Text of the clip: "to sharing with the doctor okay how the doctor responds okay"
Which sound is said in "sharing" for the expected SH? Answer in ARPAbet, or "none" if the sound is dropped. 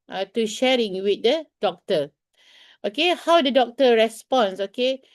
SH